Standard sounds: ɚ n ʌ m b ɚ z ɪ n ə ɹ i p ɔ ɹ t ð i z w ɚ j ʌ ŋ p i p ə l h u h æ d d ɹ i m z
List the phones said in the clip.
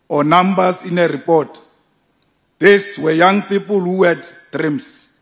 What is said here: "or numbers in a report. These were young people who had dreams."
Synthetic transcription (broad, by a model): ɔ n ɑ m b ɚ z ɪ n ə ɹ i p ɔ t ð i s w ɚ j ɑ ŋ p i p ə l h u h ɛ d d ɹ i m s